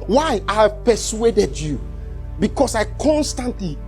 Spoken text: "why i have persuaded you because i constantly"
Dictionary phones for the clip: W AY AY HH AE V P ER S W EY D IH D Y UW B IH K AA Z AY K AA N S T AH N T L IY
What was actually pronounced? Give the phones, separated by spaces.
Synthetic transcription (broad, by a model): W AY AY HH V P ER S W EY D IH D Y UW B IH K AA S AY K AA N S T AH N T L IY